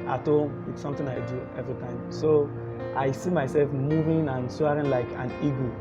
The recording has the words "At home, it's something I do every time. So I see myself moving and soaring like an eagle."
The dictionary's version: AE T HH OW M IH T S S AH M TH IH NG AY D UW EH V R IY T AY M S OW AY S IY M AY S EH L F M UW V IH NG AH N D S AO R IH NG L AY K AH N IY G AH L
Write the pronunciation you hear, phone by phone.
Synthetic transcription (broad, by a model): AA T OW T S S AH M T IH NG AY D UW EH V R IY T AY M S OW AY S IY M AY S EH L F M UW V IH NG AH N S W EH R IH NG L AY K AH N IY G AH